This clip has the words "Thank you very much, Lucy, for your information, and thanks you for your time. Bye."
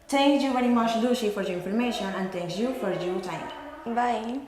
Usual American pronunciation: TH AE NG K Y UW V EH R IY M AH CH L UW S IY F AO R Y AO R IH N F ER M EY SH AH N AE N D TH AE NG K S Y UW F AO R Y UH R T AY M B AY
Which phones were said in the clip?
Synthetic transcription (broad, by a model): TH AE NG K Y UW V EH R IY M AH CH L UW SH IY F AO R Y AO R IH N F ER M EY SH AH N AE N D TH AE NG K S Y UW F AO R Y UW T AY M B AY